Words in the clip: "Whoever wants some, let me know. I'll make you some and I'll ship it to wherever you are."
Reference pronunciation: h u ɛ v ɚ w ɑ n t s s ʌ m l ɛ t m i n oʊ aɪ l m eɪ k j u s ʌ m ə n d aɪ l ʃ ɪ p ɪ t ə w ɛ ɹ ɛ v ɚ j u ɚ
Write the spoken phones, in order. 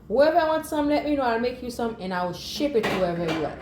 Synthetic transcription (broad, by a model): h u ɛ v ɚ w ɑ n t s s ʌ m l ɛ t m i n oʊ aɪ l m eɪ k j u s ʌ m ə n aɪ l ʃ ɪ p ɪ t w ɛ ɛ v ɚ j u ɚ